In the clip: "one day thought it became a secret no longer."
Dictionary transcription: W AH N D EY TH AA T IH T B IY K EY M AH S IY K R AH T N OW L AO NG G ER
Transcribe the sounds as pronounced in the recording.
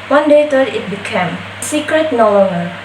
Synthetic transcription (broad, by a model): W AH N D EY T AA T IH T B IY K EY M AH S IY K R AH T N OW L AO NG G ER